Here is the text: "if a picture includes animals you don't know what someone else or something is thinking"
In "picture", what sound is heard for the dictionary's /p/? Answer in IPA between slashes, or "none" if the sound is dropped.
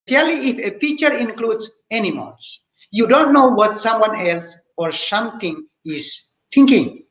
/f/